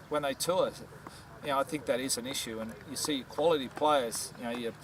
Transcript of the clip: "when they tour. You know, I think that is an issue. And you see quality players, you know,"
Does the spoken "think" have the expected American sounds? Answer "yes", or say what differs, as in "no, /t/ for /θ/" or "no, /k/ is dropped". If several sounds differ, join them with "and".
yes